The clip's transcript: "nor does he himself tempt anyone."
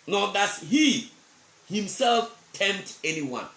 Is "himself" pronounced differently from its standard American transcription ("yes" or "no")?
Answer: no